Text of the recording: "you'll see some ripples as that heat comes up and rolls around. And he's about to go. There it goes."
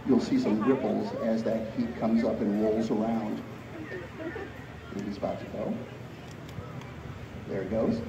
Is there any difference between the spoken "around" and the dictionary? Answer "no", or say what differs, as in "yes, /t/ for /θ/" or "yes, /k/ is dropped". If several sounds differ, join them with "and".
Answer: yes, /n/ is dropped